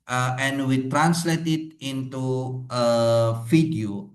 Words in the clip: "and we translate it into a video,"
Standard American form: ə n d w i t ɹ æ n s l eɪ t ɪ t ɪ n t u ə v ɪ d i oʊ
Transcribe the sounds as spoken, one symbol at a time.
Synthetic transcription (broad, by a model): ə n w i t ɹ æ n s l eɪ t ɪ t ɪ n t u ə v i d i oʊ